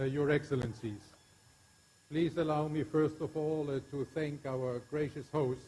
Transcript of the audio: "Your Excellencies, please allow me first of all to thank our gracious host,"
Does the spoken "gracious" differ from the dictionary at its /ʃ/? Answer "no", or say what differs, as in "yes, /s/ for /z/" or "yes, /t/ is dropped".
no